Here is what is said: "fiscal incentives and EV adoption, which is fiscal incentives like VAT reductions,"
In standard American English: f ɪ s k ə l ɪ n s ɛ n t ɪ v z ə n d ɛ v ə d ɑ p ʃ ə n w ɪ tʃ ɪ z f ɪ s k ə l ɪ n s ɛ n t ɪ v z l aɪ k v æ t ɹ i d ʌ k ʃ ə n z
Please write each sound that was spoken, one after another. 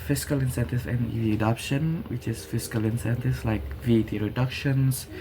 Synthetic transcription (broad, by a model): f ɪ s k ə l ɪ n s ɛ n t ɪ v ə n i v ə d ɑ p ʃ ə n w ɪ tʃ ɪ s f ɪ s k ə l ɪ n s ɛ n t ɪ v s l aɪ k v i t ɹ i d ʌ k ʃ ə n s